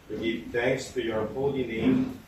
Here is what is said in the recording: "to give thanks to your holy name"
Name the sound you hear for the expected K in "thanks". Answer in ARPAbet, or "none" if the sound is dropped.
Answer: K